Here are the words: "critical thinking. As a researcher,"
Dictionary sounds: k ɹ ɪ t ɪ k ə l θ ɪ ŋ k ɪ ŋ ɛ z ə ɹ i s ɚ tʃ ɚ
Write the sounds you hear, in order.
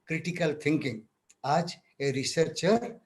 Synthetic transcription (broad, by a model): k ɹ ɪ t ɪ k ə l t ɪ ŋ k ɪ ŋ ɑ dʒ ə ɹ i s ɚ tʃ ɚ